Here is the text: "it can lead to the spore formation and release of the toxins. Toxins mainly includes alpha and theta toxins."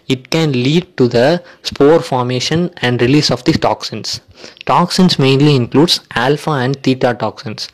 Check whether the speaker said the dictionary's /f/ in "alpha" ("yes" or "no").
yes